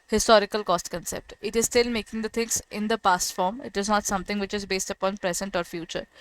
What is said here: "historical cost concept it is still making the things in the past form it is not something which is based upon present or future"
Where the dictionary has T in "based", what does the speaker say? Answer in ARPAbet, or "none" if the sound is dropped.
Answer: T